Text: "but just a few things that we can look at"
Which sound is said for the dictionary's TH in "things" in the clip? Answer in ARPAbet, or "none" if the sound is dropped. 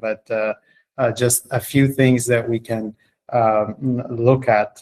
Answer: TH